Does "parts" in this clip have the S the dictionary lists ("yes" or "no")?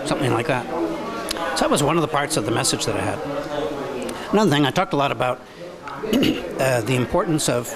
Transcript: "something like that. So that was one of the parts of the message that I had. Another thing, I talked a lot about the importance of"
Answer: yes